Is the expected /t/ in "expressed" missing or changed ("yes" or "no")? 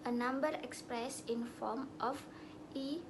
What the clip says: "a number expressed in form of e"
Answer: yes